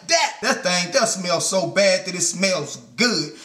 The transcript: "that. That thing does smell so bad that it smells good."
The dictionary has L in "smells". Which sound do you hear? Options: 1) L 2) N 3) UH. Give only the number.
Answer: 1